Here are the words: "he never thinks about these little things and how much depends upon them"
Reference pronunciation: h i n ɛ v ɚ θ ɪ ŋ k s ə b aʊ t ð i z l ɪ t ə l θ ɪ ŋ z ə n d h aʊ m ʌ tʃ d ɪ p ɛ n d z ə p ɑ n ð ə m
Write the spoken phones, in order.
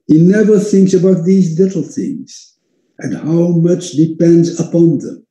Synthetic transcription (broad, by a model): h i n ɛ v ɚ θ ɪ ŋ k s ə b aʊ t ð i z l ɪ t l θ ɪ ŋ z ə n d h aʊ m ʌ tʃ d ɪ p ɛ n d z ə p ɑ n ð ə m